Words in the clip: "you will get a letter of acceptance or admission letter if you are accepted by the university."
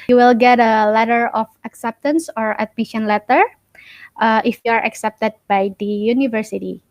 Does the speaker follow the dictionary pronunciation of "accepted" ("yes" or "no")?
yes